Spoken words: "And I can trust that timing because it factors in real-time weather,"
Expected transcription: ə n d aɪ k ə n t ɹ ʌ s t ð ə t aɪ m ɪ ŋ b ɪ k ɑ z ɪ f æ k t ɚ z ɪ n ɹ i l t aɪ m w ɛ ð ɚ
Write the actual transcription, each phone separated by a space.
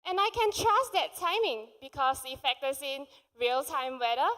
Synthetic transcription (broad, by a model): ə n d aɪ k ə n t ɹ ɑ s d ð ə t aɪ m ɪ ŋ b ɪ k ɑ s ɪ f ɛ k t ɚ s ɪ n ɹ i l t aɪ m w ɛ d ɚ